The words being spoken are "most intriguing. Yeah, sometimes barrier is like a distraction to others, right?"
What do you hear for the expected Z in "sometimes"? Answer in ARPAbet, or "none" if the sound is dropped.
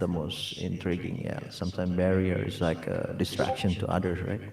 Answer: none